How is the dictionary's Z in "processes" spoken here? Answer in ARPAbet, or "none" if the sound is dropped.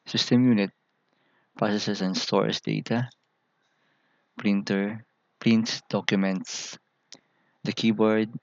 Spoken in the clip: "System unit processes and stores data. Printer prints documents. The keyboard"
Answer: S